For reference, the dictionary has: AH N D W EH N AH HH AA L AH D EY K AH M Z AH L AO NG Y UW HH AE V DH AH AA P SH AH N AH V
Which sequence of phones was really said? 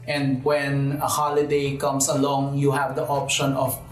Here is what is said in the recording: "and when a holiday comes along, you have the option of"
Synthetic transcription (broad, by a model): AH N D W EH N AH HH AA L AH D EY K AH M S AH L AO NG Y UW HH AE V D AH AA P SH AH N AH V